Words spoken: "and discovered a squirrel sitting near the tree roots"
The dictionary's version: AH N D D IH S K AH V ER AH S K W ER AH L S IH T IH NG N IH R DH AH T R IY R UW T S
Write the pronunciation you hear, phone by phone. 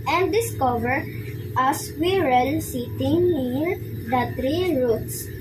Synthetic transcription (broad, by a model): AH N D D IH S K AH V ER AH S W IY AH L S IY T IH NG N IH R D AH T R IY R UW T S